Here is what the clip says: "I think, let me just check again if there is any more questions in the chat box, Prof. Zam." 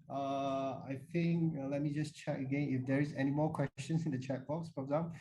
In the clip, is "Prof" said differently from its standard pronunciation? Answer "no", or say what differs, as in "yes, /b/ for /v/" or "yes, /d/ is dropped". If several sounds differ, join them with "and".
yes, /f/ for /p/